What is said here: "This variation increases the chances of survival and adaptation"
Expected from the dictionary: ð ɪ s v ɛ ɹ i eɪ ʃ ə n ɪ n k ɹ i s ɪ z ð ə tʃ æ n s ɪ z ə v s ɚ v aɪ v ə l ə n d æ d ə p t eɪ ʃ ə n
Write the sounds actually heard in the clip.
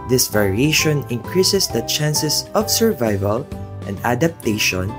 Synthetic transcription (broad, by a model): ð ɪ s v ɛ ɹ i eɪ ʃ ə n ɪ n k ɹ i s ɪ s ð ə tʃ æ n s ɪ s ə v s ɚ v aɪ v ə l ə n d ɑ d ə p t eɪ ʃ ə n